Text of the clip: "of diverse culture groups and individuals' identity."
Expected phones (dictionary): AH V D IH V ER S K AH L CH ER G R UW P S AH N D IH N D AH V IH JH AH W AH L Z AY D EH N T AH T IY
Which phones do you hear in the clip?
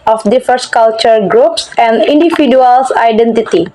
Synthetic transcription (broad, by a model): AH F D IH F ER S K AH L CH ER G R UW P S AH N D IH N D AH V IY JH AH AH L S AY D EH N T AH T IY